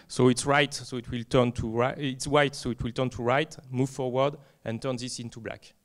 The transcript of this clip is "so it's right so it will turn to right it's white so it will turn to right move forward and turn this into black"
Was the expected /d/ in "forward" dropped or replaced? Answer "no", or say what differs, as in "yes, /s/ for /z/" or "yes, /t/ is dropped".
no